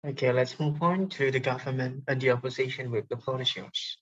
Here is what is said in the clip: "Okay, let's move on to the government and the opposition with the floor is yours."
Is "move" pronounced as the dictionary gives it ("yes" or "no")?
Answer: no